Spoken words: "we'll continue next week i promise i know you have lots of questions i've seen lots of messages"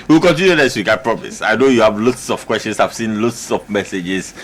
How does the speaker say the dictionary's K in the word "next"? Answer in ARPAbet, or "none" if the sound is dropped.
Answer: none